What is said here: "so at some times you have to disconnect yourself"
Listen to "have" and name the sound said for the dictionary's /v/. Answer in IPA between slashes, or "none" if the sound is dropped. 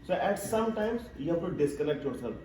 /p/